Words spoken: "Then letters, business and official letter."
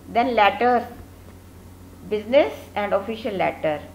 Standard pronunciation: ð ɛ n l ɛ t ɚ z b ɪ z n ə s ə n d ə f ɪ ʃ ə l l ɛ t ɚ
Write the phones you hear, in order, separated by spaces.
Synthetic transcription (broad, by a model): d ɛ n l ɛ t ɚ b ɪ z n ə s ə n d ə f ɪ ʃ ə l l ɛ t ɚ